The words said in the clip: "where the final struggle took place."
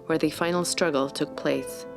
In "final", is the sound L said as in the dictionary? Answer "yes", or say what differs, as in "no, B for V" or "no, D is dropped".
yes